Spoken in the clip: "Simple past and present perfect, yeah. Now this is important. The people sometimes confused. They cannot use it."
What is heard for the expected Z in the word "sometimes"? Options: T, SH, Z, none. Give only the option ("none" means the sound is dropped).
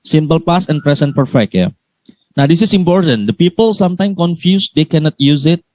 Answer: none